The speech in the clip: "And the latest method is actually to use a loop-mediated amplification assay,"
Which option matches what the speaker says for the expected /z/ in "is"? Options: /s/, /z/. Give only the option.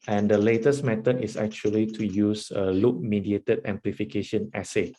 /s/